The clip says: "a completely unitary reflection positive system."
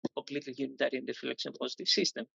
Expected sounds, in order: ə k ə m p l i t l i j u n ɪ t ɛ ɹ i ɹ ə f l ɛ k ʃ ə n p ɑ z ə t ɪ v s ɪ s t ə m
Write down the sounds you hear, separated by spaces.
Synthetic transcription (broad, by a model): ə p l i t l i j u n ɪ t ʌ ɹ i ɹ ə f l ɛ k s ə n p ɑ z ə t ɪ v s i s t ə m